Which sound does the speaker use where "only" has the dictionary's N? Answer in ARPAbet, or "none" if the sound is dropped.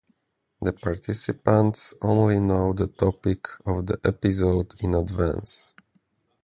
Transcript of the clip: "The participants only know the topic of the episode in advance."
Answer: N